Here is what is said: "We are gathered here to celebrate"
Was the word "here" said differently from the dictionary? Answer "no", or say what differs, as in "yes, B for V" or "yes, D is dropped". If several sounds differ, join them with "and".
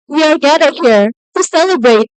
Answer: no